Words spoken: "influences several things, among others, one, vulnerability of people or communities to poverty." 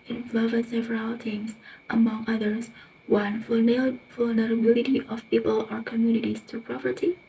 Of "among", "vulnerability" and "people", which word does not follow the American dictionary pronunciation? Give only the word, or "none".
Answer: none